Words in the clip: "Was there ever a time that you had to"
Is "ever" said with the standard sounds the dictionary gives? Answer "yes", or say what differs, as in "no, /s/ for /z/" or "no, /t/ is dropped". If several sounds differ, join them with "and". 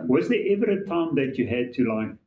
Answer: yes